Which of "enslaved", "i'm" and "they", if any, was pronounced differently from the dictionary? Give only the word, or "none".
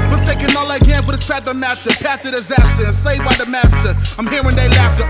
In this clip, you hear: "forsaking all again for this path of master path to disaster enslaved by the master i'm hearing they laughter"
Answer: enslaved